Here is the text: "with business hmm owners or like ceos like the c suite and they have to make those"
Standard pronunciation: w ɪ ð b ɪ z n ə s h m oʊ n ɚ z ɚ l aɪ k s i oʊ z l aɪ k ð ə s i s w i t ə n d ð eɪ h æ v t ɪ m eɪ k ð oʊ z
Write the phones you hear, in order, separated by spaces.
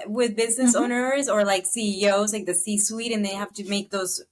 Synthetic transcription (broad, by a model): w ɪ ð b ɪ z n ə s oʊ n ɚ z ɚ l aɪ k s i oʊ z l aɪ k ð ə s i s w i t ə n ð eɪ h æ f t ɪ m eɪ k ð oʊ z